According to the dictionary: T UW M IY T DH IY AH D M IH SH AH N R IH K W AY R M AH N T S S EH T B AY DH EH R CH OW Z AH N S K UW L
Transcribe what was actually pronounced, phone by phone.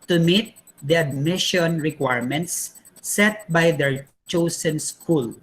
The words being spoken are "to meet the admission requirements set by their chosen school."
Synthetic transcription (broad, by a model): T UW M IY T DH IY AH D M IH SH AH N R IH K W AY R M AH N T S S EH T B AY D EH R CH OW S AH N S K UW L